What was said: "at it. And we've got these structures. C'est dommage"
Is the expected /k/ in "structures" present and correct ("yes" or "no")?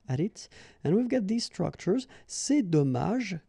yes